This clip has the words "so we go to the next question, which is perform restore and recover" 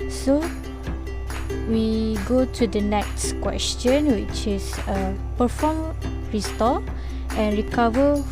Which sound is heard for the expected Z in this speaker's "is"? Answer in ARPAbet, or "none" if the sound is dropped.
S